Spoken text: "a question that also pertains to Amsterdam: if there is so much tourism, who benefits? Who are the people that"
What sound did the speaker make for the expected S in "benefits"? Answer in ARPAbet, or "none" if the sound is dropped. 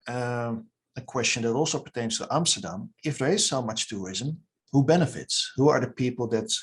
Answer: S